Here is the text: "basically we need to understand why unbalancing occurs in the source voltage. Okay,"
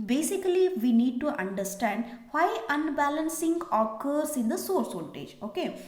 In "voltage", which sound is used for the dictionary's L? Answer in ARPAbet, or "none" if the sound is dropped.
N